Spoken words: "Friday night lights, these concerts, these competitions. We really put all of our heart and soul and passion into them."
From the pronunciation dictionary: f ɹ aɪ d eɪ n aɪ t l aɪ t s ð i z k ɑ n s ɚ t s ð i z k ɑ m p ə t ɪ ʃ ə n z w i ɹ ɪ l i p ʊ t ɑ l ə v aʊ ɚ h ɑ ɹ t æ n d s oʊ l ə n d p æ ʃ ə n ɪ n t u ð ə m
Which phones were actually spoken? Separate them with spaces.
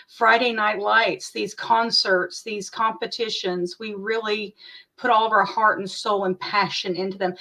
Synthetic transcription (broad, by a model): f ɹ aɪ d eɪ n aɪ t l aɪ t s ð i z k ɑ n s ɚ t s ð i z k ɑ m p ə t ɪ ʃ ə n z w i ɹ ɪ l i p ʊ t ɑ l ə v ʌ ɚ h ɑ ɹ t n s oʊ l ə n p æ ʃ ə n ɪ n t u ð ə m